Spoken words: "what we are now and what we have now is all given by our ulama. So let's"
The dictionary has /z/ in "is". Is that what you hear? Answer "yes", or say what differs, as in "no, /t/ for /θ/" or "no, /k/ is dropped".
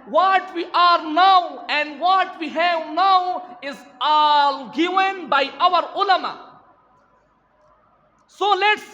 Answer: yes